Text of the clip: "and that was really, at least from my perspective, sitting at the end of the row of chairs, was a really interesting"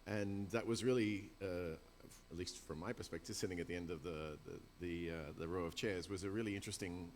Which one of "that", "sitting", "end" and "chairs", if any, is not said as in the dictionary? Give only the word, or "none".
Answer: none